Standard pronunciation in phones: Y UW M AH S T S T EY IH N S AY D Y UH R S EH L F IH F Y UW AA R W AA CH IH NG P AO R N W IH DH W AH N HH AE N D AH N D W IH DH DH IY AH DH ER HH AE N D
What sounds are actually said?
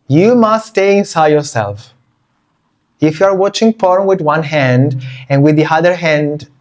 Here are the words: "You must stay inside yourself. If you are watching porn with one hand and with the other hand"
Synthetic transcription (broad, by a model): Y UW M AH S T S T EY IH N S AY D Y UH R S EH L F IH F Y UW AA R W AA CH IH NG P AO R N W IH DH W AH N HH AE N D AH N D W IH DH DH IY AH DH ER HH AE N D